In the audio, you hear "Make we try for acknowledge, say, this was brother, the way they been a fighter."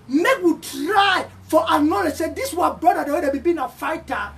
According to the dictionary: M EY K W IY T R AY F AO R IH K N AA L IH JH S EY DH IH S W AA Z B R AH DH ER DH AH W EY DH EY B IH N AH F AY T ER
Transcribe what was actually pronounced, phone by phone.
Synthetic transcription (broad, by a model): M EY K W IY T R AY F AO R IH N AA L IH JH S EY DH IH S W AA B R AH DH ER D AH W EY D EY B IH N AH F AY T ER